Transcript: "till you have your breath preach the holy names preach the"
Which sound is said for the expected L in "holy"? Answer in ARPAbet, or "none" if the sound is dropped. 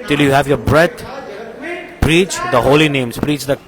L